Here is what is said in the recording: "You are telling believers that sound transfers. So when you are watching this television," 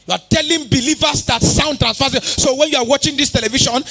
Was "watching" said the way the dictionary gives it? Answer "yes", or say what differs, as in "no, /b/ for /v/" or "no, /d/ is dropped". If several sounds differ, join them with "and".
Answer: yes